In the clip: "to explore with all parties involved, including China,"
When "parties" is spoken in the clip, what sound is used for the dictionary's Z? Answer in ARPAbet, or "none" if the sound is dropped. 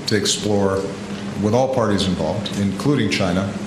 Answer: Z